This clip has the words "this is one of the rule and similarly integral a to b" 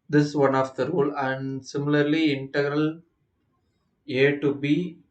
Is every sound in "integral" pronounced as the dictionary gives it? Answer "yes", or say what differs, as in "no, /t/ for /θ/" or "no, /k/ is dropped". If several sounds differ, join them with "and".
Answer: yes